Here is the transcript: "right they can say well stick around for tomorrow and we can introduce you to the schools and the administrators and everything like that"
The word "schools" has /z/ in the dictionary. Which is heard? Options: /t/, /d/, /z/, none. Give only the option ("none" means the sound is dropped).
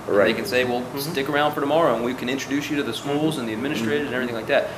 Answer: /z/